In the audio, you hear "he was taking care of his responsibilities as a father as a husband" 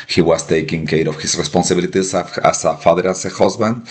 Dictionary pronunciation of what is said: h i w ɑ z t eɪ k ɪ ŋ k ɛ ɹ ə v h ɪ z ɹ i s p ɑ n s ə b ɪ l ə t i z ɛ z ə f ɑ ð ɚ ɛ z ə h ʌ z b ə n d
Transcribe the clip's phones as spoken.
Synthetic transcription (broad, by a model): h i w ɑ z t eɪ k ɪ ŋ k ɛ ɹ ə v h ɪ s ɹ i s p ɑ n s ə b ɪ l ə t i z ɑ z ə f ɑ ð ɚ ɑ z ə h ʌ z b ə n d